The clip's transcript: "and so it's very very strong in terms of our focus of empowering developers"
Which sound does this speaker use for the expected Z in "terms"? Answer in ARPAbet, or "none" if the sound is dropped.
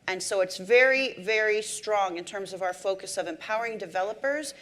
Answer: Z